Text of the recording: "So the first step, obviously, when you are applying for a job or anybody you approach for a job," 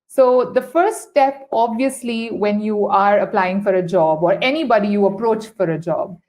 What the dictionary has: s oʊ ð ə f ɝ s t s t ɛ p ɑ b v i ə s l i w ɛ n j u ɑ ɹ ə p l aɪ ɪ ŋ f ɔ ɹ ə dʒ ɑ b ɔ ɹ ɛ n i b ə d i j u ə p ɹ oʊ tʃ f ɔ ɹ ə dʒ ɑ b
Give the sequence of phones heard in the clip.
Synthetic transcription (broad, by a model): s oʊ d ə f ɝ t s t ɛ p ɑ b v i ə s l i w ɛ n j u ɑ ɹ ə p l aɪ ɪ ŋ f ɔ ɹ ə dʒ ɑ b ɔ ɹ ɛ n i b ə d i j u ə p ɹ oʊ tʃ f ɔ ɹ ə dʒ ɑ b